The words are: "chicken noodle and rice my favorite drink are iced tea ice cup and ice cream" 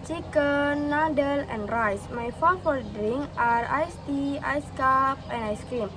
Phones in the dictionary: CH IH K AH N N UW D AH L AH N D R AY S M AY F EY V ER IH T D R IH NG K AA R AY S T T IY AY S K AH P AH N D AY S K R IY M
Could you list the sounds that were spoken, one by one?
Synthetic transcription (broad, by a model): CH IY K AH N N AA D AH L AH N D R AY S M AY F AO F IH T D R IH NG AA R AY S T T IY AY S K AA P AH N AY S K R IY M